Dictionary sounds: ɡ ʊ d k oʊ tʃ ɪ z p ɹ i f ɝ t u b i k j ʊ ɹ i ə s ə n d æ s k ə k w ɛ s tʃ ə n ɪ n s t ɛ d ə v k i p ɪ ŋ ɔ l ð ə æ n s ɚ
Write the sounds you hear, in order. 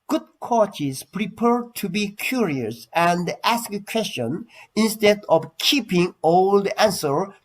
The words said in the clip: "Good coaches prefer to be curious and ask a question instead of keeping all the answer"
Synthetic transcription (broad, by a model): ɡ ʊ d k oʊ tʃ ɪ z p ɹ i p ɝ t u b i k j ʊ ɹ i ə s ə n d æ s k ə k w ɛ s tʃ ə n ɪ n s t ɛ d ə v k i p ɪ ŋ ɔ l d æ n s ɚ